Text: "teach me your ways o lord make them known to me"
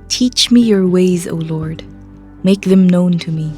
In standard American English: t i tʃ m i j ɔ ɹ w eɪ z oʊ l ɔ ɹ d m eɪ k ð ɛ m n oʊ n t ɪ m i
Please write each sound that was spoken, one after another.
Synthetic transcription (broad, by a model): t i tʃ m i j ɔ ɹ w eɪ z oʊ l ɔ ɹ d m eɪ k ð ɛ m n oʊ n t ɪ m i